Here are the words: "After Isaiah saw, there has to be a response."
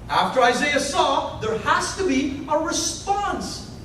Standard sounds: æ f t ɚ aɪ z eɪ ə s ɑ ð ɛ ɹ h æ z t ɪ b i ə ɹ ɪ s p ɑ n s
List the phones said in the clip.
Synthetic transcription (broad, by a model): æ f t ɚ aɪ z eɪ ə s ɑ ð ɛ ɹ h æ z t ɪ b i ə ɹ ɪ s p ɑ n s